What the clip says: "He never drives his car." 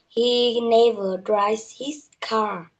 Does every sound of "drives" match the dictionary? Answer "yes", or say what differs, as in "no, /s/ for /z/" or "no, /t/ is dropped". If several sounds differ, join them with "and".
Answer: no, /v/ is dropped